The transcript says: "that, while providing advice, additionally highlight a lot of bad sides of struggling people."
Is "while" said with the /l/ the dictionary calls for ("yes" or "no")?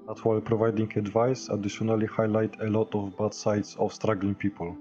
yes